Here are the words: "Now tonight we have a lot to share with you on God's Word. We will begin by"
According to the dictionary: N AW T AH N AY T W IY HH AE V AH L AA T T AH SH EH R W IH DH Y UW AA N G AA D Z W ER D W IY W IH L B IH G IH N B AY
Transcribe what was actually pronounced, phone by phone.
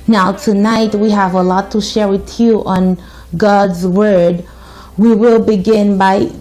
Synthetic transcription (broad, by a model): N AW T AH N AY T W IY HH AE V AH L AA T T AH SH EH R W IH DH Y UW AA N G AA D Z W ER D W IY W IH L B IH G IH N B AY